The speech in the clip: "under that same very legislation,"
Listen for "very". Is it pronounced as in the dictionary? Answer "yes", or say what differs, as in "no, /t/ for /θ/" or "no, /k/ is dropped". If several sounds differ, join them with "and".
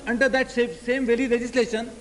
no, /l/ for /ɹ/